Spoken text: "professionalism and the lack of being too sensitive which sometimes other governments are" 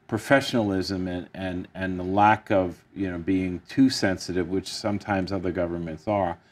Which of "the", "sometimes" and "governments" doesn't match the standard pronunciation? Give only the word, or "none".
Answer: none